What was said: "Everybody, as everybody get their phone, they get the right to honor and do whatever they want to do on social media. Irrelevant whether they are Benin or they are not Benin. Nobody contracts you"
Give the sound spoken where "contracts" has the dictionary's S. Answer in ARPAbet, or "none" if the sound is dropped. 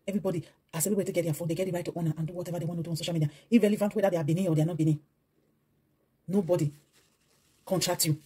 none